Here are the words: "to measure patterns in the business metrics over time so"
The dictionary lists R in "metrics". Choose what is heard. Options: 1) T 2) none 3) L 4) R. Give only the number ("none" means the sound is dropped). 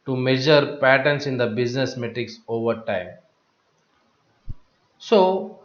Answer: 2